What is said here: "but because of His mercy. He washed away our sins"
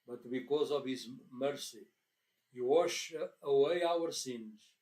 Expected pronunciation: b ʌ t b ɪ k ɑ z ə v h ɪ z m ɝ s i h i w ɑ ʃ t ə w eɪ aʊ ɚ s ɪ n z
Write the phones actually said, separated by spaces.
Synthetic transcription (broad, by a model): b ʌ t b ɪ k ɑ z ə v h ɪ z m ɝ s i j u w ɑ ʃ ə w eɪ aʊ ɚ s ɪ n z